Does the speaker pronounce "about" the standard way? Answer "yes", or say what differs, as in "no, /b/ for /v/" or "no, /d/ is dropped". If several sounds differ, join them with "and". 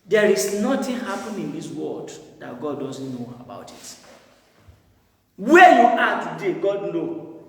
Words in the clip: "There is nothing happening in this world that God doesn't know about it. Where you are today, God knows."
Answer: yes